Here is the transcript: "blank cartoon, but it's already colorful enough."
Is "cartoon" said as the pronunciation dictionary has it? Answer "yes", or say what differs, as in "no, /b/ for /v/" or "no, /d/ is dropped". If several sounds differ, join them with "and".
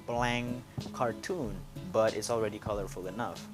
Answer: yes